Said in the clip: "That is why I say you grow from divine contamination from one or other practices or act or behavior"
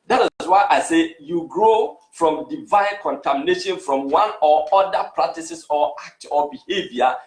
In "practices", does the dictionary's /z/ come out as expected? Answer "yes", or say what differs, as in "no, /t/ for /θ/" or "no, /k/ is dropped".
no, /s/ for /z/